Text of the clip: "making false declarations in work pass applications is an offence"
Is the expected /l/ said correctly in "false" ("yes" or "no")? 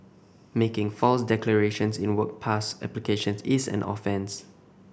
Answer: yes